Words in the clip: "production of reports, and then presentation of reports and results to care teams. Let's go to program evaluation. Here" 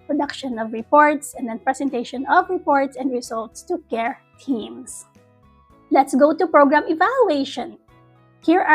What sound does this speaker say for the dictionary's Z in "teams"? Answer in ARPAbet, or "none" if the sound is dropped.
S